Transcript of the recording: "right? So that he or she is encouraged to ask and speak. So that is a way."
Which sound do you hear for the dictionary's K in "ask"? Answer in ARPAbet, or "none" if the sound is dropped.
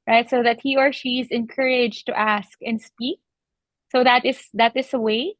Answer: K